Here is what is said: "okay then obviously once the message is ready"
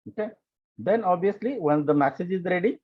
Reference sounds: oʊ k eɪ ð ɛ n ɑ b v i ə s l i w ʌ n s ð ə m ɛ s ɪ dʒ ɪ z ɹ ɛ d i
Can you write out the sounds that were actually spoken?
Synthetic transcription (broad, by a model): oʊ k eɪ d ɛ n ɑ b i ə s l i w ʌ n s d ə m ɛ s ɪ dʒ ɪ z ɹ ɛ d i